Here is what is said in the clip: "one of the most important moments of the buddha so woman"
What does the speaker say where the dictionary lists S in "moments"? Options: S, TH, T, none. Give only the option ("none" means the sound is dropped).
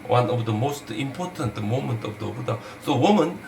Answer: none